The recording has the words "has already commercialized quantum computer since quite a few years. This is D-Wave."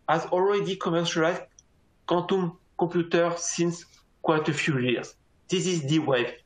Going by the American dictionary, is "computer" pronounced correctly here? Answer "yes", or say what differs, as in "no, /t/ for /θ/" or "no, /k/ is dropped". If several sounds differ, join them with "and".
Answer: no, /m/ is dropped